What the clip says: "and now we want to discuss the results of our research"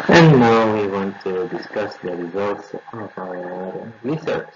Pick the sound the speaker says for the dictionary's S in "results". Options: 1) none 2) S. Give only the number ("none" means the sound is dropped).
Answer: 2